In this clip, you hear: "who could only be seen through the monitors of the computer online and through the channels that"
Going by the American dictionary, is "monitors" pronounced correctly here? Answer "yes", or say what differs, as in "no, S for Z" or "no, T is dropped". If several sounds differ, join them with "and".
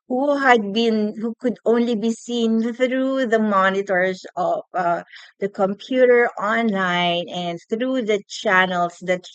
no, S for Z